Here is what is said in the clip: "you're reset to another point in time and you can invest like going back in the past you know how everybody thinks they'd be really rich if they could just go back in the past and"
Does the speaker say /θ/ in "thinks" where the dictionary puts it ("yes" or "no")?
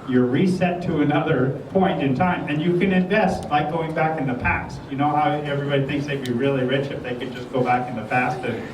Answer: yes